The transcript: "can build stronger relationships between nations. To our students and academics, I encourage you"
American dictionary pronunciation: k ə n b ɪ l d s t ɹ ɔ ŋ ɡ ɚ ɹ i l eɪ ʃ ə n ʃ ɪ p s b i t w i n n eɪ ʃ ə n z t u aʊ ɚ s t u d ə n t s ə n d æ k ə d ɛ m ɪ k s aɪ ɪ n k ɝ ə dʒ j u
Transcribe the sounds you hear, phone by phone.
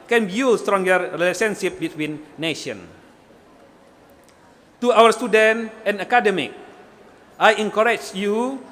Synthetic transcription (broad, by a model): k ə n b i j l s t ɹ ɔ ŋ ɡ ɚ ɹ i l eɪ s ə n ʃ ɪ p b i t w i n n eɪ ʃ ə n t u aʊ ɚ s t u d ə n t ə n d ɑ k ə d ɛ m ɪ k aɪ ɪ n k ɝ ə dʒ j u